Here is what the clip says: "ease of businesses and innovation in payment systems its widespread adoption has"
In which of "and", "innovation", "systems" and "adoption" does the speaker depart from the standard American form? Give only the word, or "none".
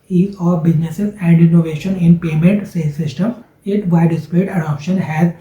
systems